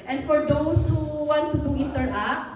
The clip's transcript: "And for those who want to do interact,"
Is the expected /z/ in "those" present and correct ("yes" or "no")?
no